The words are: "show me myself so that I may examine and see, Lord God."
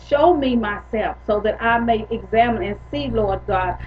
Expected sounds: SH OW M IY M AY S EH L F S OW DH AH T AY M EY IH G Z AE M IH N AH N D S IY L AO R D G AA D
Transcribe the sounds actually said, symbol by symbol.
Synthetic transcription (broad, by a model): SH OW M IY M AY S EH L F S OW DH AH T AY M EY IH G Z AE M IH N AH N S IY L AO R D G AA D